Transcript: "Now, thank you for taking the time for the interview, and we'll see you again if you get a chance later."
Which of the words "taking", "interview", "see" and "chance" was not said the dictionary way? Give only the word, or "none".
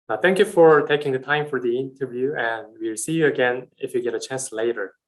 none